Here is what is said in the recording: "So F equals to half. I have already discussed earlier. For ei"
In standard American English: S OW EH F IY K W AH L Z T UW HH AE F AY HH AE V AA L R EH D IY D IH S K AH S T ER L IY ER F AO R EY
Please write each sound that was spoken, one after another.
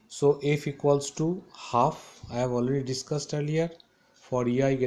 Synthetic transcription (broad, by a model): S OW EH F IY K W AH L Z T UW HH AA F AY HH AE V AA L R EH D IY D IH S K AH S T ER L IY ER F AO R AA